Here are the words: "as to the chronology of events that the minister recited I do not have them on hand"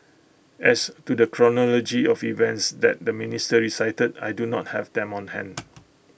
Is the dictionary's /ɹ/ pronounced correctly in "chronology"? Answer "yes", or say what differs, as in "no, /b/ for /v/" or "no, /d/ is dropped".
yes